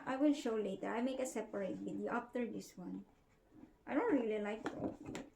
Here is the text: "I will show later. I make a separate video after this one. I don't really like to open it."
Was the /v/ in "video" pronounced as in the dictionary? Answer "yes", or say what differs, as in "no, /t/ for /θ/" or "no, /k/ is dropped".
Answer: no, /b/ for /v/